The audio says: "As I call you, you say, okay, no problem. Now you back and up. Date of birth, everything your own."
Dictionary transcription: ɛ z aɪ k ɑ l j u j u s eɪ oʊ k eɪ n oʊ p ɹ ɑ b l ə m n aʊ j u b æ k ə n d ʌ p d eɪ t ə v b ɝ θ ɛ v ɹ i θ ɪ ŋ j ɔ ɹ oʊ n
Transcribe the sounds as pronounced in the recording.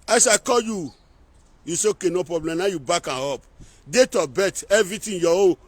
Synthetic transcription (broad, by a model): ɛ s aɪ k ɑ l j u j u s eɪ oʊ k eɪ n oʊ p ɹ ɑ b l ə m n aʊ j u b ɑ k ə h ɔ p d eɪ t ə b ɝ t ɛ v ɹ i t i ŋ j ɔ w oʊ